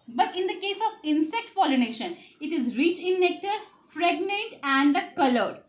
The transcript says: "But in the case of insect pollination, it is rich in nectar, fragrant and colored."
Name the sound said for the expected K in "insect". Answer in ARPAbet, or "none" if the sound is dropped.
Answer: K